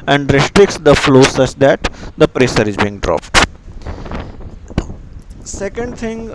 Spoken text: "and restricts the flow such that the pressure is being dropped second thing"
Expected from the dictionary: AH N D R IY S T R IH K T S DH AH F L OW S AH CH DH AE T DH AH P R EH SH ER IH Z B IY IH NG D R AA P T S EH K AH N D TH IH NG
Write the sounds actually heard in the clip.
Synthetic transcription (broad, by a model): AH N D R IY S T R IH K T S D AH F L OW S AH CH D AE T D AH P R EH S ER IH Z B IY IH NG D R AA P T S EH K AH N D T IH NG